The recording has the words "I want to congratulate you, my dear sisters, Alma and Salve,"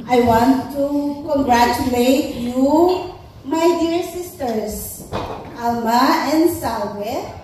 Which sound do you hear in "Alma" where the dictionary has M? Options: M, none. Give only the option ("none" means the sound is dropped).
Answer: M